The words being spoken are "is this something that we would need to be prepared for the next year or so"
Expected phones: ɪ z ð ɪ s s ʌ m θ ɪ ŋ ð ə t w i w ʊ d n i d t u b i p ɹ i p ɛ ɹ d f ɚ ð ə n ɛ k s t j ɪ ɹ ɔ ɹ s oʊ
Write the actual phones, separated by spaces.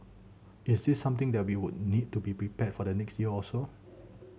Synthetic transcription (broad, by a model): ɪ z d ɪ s s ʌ m t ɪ ŋ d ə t w i w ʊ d n i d t u b i p ɹ i p ɛ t f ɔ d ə n ɛ k s t j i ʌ ɔ l s oʊ